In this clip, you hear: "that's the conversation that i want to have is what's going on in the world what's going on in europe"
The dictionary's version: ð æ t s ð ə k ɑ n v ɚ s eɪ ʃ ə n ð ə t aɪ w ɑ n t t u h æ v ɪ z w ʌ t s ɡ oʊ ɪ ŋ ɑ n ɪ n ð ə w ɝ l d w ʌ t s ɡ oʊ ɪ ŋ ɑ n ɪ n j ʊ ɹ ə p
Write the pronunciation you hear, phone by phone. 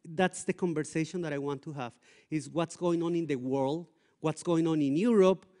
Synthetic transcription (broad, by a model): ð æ t s ð ə k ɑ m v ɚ s eɪ ʃ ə n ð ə t aɪ w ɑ n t t u h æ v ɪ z w ʌ t s ɡ oʊ ɪ ŋ ɑ n ɪ n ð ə w ɝ l d w ʌ t s ɡ oʊ ɪ ŋ ɑ n ɪ n j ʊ ɹ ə p